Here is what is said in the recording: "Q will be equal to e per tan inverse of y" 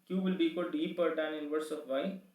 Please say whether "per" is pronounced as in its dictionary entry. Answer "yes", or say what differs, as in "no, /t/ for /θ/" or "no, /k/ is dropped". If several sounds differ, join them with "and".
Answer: yes